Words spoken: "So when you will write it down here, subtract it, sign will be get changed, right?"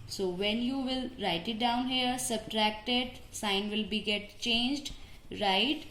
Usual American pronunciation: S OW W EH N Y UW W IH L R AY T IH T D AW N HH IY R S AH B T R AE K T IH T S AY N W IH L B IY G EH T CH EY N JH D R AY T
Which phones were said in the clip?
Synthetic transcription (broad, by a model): S OW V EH N Y UW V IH L R AY T IH T D AW N HH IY R S AH B T R AE K T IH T S AY N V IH L B IY G EH T CH EY N JH D R AY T